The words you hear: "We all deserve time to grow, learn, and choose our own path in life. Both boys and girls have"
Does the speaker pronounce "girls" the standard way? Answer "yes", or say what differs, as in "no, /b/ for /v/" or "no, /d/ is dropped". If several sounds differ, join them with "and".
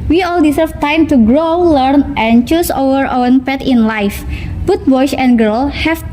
no, /z/ is dropped